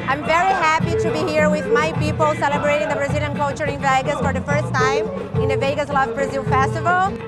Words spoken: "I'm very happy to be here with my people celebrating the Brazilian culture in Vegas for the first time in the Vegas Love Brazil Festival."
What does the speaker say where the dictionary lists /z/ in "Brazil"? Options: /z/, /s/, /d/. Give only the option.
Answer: /z/